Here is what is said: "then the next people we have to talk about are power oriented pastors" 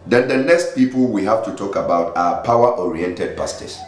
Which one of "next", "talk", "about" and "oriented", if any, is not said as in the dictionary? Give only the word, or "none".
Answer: next